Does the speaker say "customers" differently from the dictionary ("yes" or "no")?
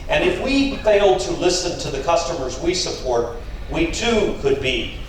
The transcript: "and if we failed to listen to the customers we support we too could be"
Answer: no